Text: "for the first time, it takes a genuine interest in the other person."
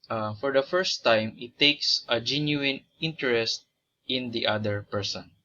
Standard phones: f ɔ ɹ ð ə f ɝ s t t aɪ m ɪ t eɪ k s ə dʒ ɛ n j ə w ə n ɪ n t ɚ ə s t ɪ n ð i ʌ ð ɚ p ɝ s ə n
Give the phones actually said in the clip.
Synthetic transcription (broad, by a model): f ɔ ɹ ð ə f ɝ s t t aɪ m ɪ t eɪ k s ə dʒ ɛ n j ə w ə n ɪ n t ɚ ə s t ɪ n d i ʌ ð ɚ p ɝ s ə n